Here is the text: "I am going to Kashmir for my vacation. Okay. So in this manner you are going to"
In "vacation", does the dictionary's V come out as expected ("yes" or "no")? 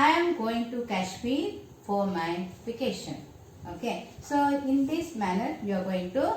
no